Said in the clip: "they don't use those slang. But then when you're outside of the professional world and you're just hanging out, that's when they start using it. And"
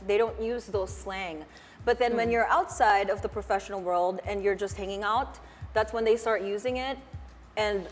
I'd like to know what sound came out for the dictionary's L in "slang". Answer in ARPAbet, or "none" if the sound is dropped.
L